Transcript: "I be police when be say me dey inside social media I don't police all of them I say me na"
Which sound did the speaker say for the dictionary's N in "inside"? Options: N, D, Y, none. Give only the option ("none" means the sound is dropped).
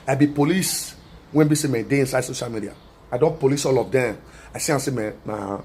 N